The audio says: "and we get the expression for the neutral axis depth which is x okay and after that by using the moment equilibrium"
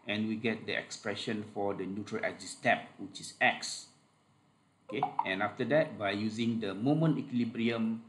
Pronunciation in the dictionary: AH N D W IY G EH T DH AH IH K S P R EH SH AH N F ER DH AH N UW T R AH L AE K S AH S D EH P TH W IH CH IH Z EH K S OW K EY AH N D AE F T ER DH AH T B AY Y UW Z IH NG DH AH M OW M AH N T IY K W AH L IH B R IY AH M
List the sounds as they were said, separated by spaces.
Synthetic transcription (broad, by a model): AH N W IY G EH T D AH IH K S P R EH SH AH N F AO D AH N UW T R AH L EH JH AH S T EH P W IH CH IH S EH K S OW K EY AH N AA F T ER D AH T B AY Y UW Z IH NG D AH M OW M AH N T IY K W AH L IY B R IY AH M